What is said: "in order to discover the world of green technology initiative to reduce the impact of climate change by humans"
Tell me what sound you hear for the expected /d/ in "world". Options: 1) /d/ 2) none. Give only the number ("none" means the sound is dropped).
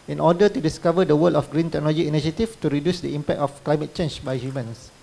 2